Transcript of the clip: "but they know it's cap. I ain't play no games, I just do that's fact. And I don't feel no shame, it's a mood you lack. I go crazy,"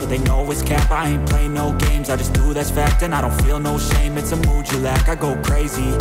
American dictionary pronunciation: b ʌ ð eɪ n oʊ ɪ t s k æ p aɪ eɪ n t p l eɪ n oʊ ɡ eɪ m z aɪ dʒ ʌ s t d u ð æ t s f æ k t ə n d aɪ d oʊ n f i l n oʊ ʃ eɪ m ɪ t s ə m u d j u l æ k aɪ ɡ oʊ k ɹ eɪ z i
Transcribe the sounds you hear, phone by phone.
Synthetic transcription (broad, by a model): ð eɪ n oʊ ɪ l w k æ p aɪ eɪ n p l eɪ n oʊ ɡ eɪ m z aɪ dʒ ʌ s d u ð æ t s f æ k t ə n aɪ d oʊ n f i l n oʊ ʃ eɪ m ɪ t s ə m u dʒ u l æ k aɪ ɡ oʊ k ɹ eɪ z i